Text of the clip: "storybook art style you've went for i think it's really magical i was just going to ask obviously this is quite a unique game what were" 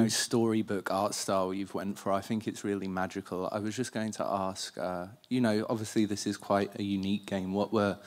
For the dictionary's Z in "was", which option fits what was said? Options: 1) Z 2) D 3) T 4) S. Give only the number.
1